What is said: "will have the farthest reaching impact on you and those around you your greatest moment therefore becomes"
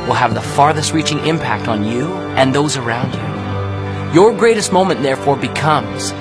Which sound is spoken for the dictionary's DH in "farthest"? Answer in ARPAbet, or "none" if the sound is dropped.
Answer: DH